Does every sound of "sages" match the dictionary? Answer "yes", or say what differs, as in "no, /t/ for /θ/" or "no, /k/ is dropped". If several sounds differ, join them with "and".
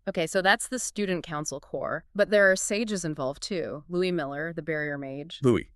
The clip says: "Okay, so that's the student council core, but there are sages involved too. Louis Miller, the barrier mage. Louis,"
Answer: yes